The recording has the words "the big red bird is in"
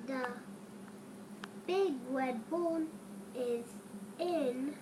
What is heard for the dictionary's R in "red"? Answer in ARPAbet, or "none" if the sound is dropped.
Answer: W